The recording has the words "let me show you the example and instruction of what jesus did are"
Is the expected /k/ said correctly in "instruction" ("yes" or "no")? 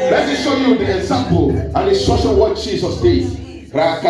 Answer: no